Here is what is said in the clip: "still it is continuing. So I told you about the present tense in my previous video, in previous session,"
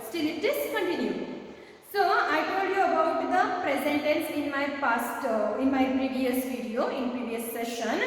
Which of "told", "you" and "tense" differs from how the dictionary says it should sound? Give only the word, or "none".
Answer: tense